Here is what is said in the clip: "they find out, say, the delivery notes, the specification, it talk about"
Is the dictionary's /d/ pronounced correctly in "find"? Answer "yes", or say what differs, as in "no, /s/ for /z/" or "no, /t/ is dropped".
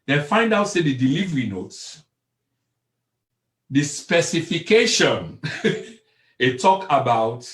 yes